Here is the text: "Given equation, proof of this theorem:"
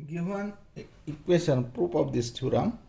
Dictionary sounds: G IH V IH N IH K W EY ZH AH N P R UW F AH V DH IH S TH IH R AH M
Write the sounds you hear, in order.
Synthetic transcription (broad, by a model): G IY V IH N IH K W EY S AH N P R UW P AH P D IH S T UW R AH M